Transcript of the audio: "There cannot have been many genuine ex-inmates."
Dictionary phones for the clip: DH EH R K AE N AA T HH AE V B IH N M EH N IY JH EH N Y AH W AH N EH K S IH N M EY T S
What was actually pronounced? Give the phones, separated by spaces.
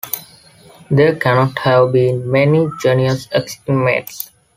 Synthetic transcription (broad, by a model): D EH R K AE N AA T HH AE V B IH N M EH N IY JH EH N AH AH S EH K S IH M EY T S